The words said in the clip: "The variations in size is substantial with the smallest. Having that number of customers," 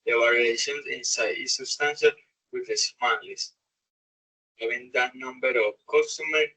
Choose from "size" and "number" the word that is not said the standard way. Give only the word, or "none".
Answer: size